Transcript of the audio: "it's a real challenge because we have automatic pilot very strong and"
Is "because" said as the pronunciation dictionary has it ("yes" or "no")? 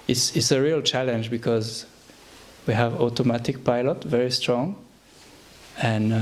yes